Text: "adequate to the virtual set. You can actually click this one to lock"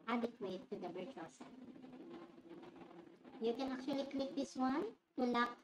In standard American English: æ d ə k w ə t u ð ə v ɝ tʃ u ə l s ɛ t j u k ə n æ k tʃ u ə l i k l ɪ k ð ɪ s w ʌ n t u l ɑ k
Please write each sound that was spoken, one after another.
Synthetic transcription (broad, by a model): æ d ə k w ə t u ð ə b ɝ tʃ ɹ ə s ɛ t j u k ə n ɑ k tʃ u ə l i k l ɪ k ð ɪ s w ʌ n t u l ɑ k